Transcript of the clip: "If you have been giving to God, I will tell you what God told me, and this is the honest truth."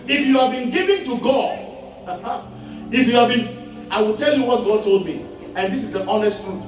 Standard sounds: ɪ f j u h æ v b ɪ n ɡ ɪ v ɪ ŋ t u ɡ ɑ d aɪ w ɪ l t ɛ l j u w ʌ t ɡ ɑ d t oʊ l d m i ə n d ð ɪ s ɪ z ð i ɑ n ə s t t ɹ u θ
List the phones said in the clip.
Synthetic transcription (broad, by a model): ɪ f j u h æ v b ɪ n ɡ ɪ v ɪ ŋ t u ɡ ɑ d aɪ w ɪ l t ɛ l j u w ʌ t ɡ ɑ d t oʊ l d m i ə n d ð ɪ s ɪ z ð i ɑ n ə s t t ɹ u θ